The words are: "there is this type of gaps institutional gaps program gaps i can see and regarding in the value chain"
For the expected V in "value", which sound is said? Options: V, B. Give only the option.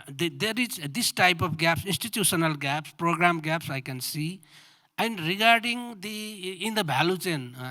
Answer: B